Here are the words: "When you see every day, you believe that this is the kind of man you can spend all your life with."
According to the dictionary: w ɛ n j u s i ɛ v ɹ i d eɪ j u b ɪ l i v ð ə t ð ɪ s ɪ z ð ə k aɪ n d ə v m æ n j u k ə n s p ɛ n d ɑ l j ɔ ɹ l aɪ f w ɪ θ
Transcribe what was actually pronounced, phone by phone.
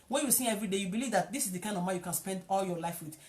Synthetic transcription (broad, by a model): w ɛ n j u s i ɛ v ɹ i d eɪ j u b ɪ l i v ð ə t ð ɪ s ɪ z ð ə k aɪ n d ə v m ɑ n j u k ə n s p ɛ n d ɑ l j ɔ l aɪ f w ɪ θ